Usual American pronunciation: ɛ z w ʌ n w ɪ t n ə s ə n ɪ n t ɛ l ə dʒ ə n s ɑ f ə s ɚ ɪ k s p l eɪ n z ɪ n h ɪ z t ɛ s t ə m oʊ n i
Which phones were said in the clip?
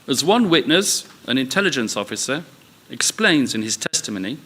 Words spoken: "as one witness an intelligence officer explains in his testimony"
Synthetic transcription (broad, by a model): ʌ z w ʌ n w ɪ t n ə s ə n ɪ n t ɛ l ə dʒ ə n s ɑ f ə s ɚ ɪ k s p l eɪ n z ɪ n ɪ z t ɛ s t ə m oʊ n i